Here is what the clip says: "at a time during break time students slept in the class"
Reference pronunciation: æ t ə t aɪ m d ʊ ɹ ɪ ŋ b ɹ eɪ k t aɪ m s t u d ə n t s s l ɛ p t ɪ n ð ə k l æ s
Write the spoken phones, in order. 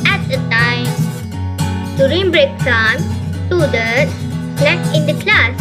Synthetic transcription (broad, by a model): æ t ə t aɪ m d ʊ ɹ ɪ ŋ b ɹ eɪ k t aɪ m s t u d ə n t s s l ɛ t ɪ n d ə k l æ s